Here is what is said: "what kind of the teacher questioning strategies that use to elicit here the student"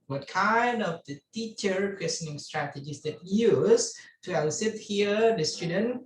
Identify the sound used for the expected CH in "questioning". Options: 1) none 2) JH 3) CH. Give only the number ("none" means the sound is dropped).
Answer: 1